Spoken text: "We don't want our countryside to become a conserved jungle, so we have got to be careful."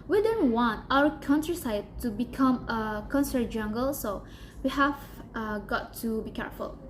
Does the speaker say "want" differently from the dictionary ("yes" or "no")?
no